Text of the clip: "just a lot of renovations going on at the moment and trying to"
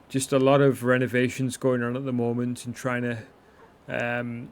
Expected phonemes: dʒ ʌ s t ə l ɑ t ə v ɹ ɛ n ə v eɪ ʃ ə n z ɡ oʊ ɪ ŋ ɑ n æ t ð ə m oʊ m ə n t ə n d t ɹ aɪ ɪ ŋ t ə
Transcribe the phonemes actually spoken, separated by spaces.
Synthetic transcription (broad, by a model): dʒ ʌ s t ə l ɑ t ə v ɹ ɛ n ə v eɪ ʃ ə n z ɡ oʊ ɪ ŋ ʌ n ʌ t ð ə m oʊ m ə n t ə n t ɹ aɪ ɪ ŋ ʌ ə